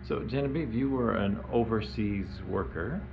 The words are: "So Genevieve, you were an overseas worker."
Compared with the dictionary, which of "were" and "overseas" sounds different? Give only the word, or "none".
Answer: none